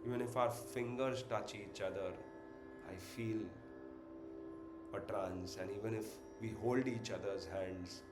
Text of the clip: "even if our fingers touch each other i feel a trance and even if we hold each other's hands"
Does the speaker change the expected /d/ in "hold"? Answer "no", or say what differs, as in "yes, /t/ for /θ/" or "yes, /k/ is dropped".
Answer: no